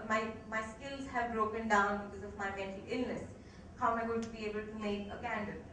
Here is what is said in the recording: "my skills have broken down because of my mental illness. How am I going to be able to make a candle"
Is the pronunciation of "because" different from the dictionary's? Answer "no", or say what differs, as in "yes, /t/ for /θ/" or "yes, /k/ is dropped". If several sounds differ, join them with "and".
no